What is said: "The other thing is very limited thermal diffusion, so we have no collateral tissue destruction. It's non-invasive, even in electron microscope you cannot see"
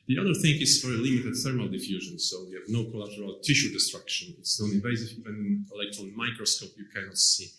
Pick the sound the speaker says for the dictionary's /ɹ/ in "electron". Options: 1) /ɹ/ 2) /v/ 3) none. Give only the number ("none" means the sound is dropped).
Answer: 3